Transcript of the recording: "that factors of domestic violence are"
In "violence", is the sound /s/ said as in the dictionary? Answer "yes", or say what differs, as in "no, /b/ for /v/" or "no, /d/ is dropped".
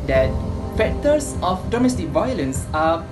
yes